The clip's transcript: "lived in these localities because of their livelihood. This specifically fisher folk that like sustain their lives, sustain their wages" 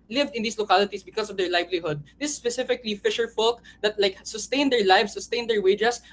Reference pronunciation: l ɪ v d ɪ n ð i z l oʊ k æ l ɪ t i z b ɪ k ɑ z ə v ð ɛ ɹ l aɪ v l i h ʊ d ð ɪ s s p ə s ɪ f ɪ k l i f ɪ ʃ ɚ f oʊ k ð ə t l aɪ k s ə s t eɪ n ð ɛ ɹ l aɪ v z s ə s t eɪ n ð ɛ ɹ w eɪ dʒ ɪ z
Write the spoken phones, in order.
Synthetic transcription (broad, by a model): l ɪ v d ɪ n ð i s l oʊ k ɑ l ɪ t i s b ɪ k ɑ s ə v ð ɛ ɹ l aɪ v l i h ʊ d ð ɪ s s p ə s ɪ f ɪ k l i f ɪ ʃ ɚ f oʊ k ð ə t l aɪ k s ə s t eɪ n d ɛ ɹ l aɪ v s ə s t eɪ n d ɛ ɹ w eɪ dʒ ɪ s